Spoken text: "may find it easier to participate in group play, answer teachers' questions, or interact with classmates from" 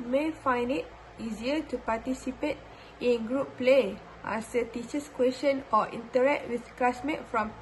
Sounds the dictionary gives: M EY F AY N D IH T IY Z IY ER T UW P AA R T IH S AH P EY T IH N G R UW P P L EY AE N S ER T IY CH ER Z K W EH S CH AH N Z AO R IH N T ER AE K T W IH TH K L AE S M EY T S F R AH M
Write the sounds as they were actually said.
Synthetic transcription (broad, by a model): M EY F AY N D IH T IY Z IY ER T UW P AA T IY S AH P EY T IH N G R UW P P L EY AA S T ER T IY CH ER S K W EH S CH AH N AO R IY N T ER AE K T W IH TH K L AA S M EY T F R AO M